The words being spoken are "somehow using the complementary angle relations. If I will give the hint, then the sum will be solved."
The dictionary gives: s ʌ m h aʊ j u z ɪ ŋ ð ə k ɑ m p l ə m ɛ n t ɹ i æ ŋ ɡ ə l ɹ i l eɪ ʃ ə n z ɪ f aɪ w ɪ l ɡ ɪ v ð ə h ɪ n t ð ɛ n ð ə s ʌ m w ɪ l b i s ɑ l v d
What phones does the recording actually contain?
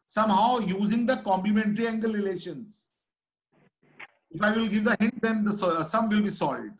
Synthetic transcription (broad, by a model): s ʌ m h aʊ j u z ɪ ŋ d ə k ɑ m p l ə m ɛ n t ɹ i æ ŋ ɡ ə l ɹ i l eɪ ʃ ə n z ɪ f aɪ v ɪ l ɡ ɪ v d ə h ɪ n t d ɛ n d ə s ʌ m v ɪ l b i s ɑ l d